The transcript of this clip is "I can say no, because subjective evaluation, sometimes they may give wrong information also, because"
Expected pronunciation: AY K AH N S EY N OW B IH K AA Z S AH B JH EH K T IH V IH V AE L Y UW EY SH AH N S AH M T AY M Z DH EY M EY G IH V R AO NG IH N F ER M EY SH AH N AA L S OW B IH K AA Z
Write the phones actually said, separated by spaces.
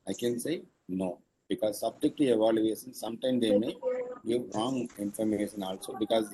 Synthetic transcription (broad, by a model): AY K AH N S EY N OW B IH K AA Z S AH B JH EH K T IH IH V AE L Y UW EY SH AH N S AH M T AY M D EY M EY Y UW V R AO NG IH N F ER M EY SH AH N AA L S OW B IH K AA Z